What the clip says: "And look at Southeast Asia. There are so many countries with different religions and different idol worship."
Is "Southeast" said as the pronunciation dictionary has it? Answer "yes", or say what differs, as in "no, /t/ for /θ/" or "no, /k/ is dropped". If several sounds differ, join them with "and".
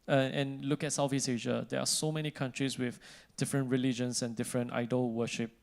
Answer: no, /f/ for /θ/